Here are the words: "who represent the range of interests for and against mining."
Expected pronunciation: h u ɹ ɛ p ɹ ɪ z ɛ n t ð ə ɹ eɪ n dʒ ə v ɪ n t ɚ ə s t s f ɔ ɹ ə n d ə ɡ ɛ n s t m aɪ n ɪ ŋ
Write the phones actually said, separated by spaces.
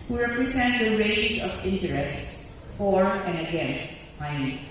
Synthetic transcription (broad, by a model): h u ɹ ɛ p ɹ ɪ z ɛ n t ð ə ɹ eɪ dʒ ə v ɪ n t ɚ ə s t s f ɔ ɹ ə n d ə ɡ ɛ n s t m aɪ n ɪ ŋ